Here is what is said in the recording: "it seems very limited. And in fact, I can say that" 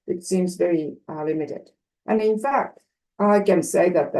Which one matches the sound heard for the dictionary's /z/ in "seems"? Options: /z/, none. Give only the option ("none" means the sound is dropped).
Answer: /z/